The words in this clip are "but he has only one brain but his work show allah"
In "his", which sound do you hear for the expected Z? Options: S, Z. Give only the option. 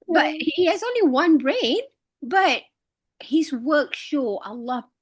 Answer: Z